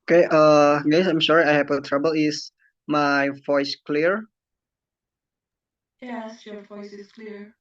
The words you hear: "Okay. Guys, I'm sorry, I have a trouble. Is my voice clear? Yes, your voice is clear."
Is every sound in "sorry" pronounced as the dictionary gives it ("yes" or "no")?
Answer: no